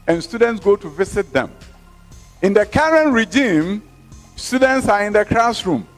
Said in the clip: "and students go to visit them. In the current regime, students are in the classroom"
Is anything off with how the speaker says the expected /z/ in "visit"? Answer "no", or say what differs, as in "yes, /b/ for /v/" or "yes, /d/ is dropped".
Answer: yes, /s/ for /z/